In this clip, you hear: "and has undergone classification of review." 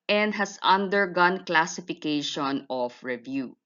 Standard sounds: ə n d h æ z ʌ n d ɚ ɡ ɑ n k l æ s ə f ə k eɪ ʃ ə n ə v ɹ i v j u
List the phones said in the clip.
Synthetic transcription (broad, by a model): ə n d h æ s ʌ n d ɚ ɡ ɑ n k l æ s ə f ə k eɪ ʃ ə n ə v ɹ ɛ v j u